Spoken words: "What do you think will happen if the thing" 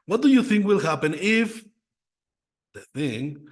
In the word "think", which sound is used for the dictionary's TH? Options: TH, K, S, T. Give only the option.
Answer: TH